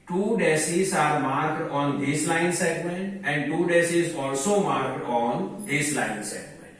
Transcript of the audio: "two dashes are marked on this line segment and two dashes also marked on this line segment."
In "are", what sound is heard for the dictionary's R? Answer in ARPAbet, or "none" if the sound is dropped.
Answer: R